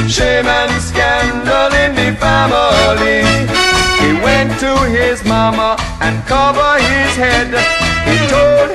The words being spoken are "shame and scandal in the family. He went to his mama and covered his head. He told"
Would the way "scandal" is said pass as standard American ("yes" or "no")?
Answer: yes